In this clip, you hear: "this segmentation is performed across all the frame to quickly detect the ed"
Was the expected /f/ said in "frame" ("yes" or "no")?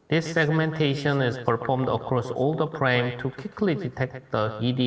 no